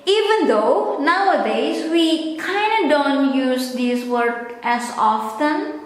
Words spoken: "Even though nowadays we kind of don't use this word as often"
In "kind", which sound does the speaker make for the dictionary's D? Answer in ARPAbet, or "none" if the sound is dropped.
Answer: D